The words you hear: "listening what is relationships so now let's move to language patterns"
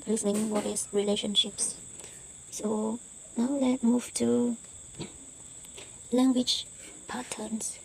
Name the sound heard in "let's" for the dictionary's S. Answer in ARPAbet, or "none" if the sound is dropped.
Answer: none